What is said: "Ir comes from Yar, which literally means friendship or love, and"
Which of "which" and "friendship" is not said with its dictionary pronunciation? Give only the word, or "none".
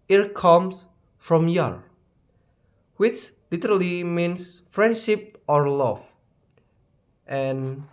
none